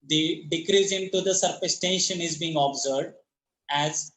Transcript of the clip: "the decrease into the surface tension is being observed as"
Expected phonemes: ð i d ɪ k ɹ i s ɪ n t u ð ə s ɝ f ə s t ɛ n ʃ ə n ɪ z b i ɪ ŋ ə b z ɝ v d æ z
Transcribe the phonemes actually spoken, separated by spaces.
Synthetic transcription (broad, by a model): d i d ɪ k ɹ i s ɪ n t u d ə s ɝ p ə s t ɛ n ʃ ə n ɪ z b i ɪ ŋ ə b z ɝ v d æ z